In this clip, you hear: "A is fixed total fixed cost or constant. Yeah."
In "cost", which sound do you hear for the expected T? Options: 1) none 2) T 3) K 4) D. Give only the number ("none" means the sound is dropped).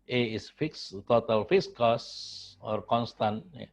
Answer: 1